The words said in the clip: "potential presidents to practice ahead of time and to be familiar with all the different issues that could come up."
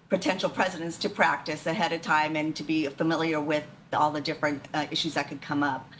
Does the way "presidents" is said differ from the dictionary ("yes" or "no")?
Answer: no